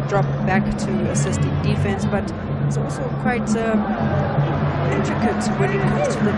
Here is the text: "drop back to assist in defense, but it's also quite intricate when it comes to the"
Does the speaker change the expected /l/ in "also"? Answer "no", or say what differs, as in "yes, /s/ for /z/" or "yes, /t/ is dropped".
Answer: no